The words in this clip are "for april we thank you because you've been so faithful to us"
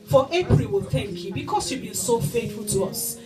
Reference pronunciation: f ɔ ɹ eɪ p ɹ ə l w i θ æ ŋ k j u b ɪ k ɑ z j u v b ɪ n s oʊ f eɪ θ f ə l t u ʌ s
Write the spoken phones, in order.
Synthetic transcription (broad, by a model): f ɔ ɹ eɪ p ɹ ə l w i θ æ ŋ k j u b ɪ k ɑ s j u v b ɪ n s oʊ f eɪ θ f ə l t u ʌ s